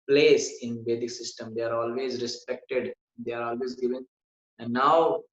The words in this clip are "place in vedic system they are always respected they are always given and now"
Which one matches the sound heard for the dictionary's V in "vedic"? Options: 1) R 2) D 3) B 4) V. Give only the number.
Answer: 3